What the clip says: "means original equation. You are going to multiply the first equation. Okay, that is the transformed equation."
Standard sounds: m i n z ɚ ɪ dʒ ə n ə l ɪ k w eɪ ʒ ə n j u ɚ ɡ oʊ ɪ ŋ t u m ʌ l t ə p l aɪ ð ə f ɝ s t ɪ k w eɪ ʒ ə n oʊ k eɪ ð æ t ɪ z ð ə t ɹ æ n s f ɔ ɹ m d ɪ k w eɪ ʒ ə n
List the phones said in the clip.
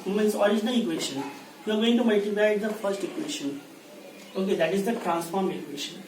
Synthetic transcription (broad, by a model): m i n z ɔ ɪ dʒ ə n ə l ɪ k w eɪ ʃ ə n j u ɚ ɡ oʊ ɪ ŋ t u m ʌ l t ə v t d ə f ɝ s t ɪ k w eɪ ʃ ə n oʊ k eɪ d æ t ɪ z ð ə t ɹ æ n s f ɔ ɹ m ɪ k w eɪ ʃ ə n